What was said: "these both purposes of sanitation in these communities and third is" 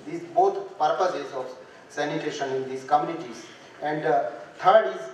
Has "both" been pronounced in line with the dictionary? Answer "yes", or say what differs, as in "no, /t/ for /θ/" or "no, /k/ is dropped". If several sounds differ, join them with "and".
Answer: no, /t/ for /θ/